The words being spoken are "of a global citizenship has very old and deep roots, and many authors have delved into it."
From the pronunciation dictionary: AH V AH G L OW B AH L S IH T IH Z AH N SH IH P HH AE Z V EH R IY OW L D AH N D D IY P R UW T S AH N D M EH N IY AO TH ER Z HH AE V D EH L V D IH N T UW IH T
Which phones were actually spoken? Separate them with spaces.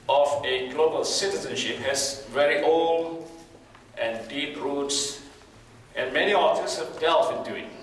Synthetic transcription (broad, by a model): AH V AH G L OW B AH L S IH T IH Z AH N SH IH P HH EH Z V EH R IY OW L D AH N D D IY P R UW T S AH N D M EH N IY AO F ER S HH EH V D EH L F IH N T UW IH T